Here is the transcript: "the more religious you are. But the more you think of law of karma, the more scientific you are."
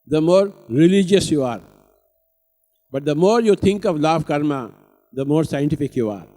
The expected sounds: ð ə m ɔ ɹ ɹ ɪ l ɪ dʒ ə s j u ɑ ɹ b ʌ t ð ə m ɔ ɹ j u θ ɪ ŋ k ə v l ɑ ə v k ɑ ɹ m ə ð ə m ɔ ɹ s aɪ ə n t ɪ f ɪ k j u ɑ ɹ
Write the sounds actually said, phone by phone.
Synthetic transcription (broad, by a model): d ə m ɔ ɹ ɹ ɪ l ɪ dʒ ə s j u ɑ ɹ b ʌ t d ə m ɔ ɹ j u t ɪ ŋ k ə v l ɑ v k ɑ ɹ m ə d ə m ɔ ɹ s aɪ ə n t ɪ f ɪ k j u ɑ ɹ